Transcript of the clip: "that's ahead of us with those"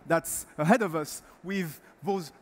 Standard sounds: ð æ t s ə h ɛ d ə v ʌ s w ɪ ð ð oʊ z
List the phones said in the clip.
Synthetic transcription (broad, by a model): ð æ t s ə h ɛ d ə v ʌ s w ɪ ð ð oʊ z